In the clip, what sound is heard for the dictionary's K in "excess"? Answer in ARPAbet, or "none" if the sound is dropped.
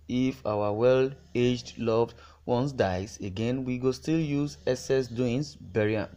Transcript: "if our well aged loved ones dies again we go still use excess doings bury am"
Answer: none